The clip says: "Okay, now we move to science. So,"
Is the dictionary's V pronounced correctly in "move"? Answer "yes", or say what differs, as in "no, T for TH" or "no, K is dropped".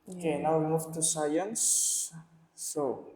no, F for V